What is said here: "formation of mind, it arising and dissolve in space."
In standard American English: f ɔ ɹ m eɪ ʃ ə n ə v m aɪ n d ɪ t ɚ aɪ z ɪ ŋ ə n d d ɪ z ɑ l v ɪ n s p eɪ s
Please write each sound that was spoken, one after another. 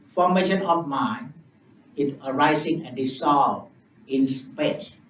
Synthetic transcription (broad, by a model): f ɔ m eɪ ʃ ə n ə f m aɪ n ɪ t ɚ aɪ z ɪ ŋ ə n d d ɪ s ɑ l ɪ n s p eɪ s